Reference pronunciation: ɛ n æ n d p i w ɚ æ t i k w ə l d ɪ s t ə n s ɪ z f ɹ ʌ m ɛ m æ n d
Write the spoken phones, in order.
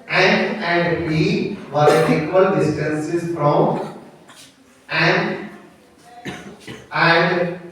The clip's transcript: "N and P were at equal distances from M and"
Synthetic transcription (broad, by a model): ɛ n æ n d b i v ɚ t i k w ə l d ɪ s t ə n s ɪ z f ɹ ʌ m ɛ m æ n d